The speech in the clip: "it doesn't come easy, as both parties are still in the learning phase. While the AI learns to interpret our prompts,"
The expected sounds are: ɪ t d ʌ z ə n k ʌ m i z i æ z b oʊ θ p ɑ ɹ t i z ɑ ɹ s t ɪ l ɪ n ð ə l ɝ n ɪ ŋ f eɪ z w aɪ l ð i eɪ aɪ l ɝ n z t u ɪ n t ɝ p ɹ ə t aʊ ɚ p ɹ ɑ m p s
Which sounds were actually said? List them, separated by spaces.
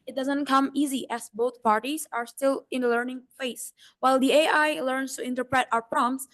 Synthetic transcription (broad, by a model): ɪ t d ʌ z ə n k ʌ m i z i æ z b oʊ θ p ɑ ɹ t i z ɑ ɹ s t ɪ l ɪ n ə l ɝ n ɪ ŋ p eɪ s w aɪ l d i eɪ aɪ l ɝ n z t u ɪ n t ɝ p ɹ ə t aʊ ɚ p ɹ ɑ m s